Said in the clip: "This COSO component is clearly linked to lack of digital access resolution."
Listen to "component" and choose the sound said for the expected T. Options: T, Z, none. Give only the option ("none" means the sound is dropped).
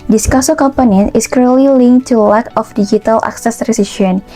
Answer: none